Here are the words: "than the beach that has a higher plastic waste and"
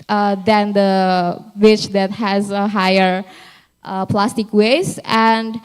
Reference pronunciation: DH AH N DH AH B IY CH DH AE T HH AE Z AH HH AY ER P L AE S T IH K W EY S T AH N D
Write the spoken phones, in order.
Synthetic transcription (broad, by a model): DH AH N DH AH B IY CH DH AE T HH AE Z AH HH AY ER P L AE S T IH K W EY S AH N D